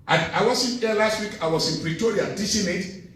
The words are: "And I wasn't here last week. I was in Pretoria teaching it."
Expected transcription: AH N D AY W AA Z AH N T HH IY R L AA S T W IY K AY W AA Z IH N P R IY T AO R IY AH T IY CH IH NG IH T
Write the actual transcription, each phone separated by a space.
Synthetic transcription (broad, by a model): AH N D AY W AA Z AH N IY L AA S T W IY K AY W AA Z IH N P R IY T AO R IY AH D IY S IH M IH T